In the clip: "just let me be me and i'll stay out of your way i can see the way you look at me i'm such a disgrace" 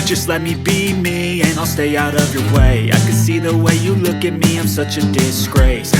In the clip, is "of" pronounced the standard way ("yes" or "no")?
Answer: yes